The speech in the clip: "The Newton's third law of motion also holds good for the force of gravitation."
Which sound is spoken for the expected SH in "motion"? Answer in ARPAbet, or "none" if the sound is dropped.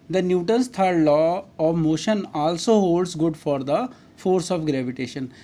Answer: SH